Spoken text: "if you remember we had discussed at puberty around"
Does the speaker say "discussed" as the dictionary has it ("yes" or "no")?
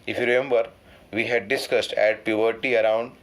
yes